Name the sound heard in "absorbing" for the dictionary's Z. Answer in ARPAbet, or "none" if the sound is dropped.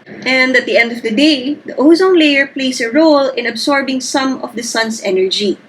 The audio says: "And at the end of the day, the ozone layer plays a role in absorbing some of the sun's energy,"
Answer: S